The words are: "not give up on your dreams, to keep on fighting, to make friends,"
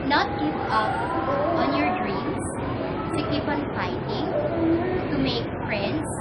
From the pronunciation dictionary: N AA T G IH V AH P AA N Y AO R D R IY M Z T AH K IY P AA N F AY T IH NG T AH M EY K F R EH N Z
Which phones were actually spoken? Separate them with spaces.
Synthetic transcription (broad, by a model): N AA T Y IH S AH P AA N Y AO R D R IY M S T AH K IY P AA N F AY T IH NG T AH M EY K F R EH N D